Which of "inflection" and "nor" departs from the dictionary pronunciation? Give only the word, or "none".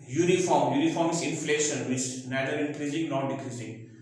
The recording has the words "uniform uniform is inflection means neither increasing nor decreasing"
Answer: inflection